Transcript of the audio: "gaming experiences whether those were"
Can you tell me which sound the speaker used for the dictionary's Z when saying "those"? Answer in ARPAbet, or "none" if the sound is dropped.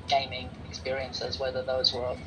Z